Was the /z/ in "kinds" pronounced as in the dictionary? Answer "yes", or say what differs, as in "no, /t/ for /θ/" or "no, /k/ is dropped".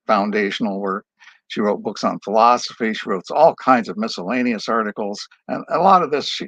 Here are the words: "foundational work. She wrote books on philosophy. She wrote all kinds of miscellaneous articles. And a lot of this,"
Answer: yes